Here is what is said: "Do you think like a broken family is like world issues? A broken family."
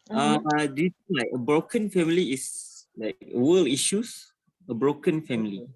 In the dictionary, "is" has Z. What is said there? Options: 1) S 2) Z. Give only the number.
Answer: 1